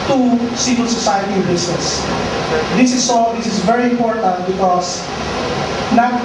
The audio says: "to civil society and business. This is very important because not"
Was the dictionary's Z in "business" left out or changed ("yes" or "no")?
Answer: yes